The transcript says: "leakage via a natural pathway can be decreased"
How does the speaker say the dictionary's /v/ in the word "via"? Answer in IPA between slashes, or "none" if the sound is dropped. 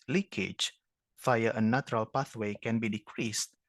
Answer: /f/